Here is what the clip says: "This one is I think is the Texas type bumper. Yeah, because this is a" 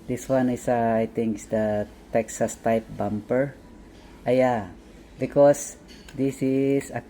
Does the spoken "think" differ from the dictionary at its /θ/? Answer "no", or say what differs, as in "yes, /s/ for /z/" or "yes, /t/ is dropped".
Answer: yes, /t/ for /θ/